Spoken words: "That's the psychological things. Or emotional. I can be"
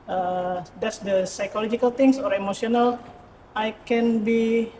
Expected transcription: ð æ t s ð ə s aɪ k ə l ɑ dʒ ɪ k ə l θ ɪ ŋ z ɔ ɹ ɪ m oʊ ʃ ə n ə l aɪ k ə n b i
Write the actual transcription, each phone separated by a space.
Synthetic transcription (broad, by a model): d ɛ t s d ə s aɪ k ə l ɑ dʒ ɪ k ə l t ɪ ŋ s ɔ ɹ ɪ m oʊ s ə n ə l aɪ k ə n b i